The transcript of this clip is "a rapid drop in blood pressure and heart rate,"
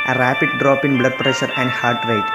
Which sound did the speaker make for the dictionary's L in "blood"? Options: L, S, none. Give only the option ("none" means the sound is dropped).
L